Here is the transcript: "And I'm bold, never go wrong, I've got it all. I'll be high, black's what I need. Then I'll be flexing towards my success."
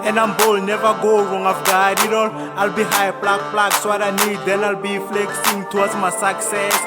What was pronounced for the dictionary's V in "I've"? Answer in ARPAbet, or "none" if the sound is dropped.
F